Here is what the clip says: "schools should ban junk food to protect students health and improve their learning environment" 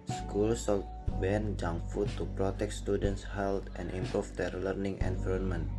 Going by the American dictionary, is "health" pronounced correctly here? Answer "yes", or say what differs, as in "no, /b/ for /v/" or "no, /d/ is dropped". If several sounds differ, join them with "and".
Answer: no, /t/ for /θ/